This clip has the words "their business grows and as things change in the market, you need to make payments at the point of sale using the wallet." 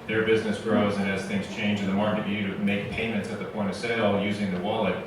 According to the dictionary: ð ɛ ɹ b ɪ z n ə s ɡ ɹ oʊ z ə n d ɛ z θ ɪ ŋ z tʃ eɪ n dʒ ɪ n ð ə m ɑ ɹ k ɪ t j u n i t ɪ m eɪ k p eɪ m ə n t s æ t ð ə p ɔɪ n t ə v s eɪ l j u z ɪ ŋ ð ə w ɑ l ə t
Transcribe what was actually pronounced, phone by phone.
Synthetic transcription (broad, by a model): ð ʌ ɹ b ɪ z n ə s ɡ ɹ oʊ z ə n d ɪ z θ ɪ ŋ z tʃ eɪ n dʒ ɪ n ð ə m ɑ ɹ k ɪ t j u t ɪ m eɪ k p eɪ m ə n t s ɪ t ð ə p ɔɪ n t ə v s eɪ l j u z ɪ ŋ ð ə w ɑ l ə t